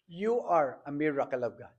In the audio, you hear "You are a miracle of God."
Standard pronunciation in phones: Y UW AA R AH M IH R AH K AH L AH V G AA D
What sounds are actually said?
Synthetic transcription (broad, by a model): Y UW AA R AH M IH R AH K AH L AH B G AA